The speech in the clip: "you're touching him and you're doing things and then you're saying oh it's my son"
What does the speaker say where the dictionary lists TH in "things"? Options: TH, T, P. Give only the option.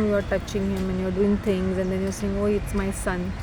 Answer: T